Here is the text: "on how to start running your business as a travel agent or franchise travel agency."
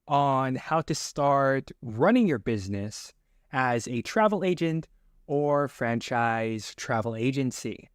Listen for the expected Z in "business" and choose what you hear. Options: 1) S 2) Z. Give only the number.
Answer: 2